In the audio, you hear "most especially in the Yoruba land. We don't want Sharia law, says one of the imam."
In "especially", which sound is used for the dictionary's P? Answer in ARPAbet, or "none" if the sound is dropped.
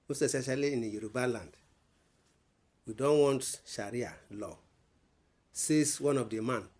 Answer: none